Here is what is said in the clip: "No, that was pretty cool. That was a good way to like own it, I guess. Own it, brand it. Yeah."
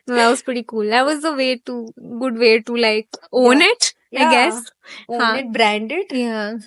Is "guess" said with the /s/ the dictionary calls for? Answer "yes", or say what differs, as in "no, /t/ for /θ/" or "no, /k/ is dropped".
yes